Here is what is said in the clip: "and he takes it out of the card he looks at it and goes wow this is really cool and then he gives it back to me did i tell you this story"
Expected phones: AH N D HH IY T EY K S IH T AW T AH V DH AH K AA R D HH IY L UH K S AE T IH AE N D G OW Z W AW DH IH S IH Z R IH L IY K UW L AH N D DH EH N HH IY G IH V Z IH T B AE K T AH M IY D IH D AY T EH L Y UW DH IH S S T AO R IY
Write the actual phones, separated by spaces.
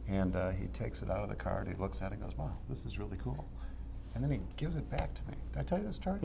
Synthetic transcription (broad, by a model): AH N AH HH IY T EY K S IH T AW T AH V DH AH K AA R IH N IY L UH K S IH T IH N G OW Z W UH DH IH S IH Z R IH L IY K UW L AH N DH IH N IY G IH V Z IH T B AE K T AH M IY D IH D AY T EH L Y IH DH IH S S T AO R